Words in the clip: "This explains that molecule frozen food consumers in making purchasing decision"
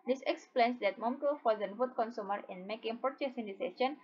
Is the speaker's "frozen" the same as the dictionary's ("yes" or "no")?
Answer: no